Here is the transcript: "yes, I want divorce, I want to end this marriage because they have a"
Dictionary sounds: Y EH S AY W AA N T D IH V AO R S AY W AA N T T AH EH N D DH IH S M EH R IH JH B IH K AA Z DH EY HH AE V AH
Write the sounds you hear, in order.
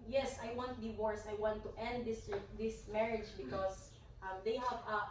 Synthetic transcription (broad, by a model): Y EH S AY W AA N T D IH W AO R S AY W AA N T T EH N D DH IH S M EH R IH JH B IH K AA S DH EY HH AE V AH